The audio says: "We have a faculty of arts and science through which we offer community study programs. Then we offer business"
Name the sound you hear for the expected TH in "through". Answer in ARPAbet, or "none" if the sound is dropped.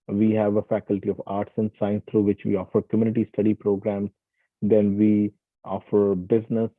T